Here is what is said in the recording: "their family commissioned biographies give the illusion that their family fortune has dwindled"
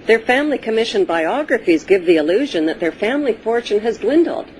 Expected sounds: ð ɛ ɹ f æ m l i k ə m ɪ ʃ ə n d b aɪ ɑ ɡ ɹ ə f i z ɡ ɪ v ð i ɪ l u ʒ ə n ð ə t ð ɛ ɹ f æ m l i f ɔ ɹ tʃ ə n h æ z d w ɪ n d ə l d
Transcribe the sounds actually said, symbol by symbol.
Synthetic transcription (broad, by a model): ð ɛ ɹ f æ m l i k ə m ɪ ʃ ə n b aɪ ɑ ɡ ɹ ə f i z ɡ ɪ v ð i ɪ l u ʒ ə n ð ə t ð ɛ ɹ f æ m l i f ɔ ɹ tʃ ə n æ z d w ɪ n d l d